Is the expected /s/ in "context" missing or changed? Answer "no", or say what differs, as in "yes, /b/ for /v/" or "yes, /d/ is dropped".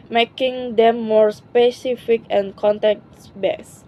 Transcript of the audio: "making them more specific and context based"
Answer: yes, /s/ is dropped